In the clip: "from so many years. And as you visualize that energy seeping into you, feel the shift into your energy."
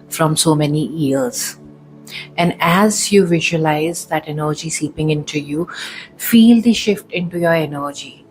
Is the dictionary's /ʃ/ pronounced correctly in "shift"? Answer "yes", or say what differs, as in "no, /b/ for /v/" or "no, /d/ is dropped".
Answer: yes